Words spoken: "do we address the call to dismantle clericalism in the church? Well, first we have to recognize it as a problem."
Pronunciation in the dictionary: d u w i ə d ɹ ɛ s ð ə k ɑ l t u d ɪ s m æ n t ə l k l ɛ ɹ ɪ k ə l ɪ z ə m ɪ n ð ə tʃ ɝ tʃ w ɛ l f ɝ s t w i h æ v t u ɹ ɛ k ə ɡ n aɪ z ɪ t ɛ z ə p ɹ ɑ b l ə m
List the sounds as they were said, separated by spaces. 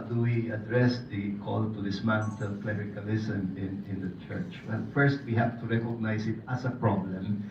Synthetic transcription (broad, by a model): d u w i ə d ɹ ɛ s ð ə k ɑ l t u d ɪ s m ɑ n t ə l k l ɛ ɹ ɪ k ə l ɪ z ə m ɪ n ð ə tʃ ɝ tʃ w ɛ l f ɝ s t w i h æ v t u ɹ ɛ k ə ɡ n aɪ s ɪ t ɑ s ə p ɹ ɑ b l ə m